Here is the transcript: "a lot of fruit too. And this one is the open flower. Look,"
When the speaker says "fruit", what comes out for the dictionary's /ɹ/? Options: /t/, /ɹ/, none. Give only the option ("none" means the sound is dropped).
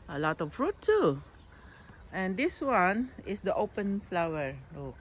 /ɹ/